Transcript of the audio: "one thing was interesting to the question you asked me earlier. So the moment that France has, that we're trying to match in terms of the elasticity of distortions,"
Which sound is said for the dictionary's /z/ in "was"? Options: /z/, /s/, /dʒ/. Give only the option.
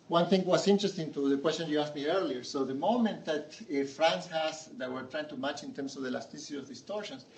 /s/